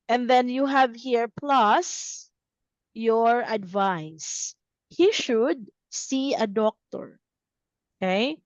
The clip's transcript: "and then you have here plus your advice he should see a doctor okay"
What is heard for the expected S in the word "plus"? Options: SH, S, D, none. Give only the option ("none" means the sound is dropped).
S